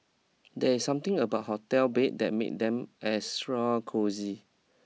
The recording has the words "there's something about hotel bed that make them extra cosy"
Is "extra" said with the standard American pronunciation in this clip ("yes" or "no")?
no